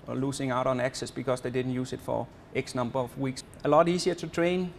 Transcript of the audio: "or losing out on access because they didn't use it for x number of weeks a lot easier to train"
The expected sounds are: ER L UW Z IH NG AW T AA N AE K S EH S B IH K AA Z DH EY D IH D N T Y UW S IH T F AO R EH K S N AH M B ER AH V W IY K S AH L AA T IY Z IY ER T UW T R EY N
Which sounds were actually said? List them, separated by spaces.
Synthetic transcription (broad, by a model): L UW S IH NG AW T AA N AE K S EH S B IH K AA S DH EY D IH D N T Y UW S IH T F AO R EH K S N AH M B ER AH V W IY K S AH L AA T IY S IY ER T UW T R EY N